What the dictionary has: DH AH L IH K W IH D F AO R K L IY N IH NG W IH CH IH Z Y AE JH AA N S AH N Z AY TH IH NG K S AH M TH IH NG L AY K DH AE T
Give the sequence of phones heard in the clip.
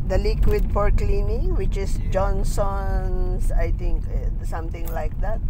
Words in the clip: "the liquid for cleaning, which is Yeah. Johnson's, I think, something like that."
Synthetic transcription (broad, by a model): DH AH L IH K W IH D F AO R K L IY N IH W IH CH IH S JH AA N S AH N S AY T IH NG K S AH M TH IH NG L AY K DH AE T